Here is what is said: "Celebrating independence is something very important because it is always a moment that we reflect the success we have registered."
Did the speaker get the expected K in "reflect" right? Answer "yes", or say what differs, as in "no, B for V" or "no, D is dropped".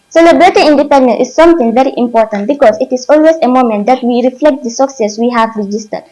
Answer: yes